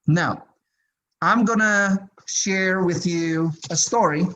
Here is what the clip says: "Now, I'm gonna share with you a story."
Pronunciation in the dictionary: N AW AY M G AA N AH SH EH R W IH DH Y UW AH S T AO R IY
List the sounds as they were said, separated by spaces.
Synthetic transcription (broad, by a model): N AW AY M G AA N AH SH EH R W IH DH Y UW AH S T AO R IY